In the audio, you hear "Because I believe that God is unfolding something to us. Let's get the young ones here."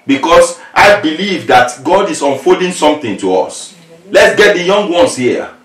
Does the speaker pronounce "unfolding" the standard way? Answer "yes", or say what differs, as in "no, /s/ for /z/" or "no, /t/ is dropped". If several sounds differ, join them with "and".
no, /l/ is dropped